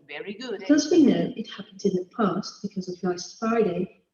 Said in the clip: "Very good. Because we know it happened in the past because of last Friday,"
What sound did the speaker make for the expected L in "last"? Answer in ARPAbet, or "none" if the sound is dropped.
N